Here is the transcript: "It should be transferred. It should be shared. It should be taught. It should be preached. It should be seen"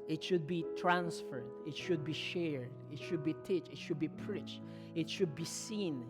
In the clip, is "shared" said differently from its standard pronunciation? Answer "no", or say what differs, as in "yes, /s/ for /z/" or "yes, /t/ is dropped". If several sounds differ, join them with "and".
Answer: no